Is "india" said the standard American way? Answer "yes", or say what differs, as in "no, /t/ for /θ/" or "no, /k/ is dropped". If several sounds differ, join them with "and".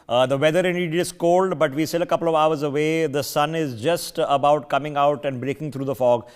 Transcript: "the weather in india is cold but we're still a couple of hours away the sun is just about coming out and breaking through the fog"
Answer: no, /n/ is dropped